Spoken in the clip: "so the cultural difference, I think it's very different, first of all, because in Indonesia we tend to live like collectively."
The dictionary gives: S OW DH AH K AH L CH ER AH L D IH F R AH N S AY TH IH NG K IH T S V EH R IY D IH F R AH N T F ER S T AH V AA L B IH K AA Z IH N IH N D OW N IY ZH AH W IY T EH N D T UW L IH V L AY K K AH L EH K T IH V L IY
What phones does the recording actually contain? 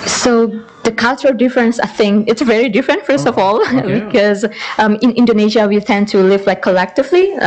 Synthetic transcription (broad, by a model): S OW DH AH K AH L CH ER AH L D IH F R AH N S AY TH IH NG K IH T S V EH R IY D IH F R AH N T F ER S T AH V AA L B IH K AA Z IH N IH N D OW N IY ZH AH W IY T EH N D T UW L IH V L AY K K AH L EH K T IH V L IY